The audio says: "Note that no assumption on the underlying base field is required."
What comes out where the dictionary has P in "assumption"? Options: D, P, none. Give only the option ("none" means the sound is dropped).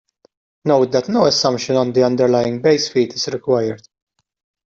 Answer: none